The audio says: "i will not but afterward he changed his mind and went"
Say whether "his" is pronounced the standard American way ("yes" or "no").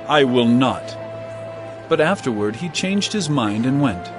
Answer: yes